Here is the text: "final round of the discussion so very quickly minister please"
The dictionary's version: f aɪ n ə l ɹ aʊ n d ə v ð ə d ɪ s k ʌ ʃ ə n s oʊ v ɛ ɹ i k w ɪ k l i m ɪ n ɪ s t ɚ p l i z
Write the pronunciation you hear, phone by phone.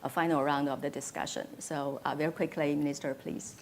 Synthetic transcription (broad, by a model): f aɪ n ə ɹ aʊ n d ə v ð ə d ɪ s k ʌ ʃ ə n s oʊ v ɛ ɹ i k w ɪ k l i m ɪ n ɪ s t ɚ p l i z